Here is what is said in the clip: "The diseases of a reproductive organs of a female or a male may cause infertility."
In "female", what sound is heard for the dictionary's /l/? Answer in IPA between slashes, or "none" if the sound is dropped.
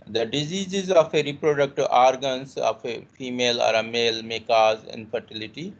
/l/